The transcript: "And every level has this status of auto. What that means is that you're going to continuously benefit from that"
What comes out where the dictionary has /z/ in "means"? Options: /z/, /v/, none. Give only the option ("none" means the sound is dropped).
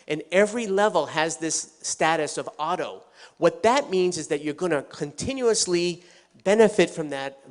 /z/